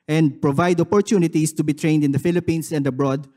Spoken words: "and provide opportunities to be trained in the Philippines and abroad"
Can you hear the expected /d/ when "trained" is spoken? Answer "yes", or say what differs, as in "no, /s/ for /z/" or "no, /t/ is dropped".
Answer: yes